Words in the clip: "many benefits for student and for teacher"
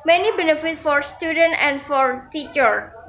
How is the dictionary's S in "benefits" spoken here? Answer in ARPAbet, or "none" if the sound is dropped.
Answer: none